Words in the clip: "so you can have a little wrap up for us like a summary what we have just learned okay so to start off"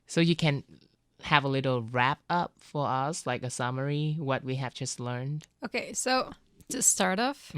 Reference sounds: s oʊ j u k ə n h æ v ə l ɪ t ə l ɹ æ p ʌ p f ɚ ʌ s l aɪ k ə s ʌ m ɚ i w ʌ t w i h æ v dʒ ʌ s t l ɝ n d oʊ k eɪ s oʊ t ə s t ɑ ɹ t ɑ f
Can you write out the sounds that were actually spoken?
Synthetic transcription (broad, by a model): s oʊ j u k ə n h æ v ə l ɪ t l ɹ æ p ʌ p f ɚ ʌ s l aɪ k ə s ʌ m ɚ i w ʌ t w i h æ v dʒ ʌ s t l ɝ n d oʊ k eɪ s oʊ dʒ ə s t ɑ ɹ t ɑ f